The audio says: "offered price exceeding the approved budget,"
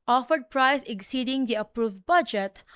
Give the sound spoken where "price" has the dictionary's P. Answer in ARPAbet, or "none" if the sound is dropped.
P